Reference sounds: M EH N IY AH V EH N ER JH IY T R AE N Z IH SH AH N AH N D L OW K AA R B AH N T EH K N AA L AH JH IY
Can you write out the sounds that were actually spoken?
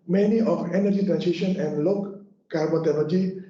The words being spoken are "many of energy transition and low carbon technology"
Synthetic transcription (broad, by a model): M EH N IY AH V EH N ER JH IY T R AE N S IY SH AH N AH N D L OW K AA R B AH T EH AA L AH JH IY